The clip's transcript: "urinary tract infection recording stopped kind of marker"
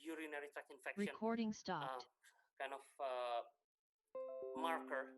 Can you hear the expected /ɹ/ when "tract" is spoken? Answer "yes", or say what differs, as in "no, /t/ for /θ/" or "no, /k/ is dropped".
no, /ɹ/ is dropped